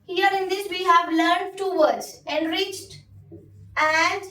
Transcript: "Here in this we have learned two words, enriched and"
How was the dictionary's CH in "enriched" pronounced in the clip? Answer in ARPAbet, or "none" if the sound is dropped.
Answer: CH